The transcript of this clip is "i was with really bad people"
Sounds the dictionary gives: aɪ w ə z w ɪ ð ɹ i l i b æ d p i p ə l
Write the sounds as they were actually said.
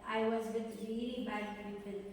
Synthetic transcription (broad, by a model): aɪ w ə z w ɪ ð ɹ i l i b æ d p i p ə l